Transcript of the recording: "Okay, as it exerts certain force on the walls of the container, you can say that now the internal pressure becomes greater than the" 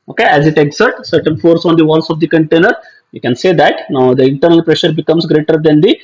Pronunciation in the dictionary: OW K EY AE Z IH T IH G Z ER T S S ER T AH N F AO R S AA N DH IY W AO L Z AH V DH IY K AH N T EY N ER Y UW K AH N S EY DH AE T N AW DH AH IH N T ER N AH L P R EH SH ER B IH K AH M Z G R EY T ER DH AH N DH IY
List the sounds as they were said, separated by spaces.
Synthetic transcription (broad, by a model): OW K EY AE Z IH T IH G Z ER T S S ER T AH N F AO R S AA N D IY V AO L S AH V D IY K AH N T EY N ER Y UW K AH N S EY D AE T N AW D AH IH N T ER N AH L P R EH SH ER B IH K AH M S G R EY T ER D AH N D IY